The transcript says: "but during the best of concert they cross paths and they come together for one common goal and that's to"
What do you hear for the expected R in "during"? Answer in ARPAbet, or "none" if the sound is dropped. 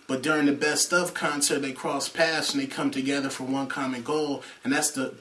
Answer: R